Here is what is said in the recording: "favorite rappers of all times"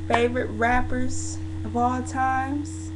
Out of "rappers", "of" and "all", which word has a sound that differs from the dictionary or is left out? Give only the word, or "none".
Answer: none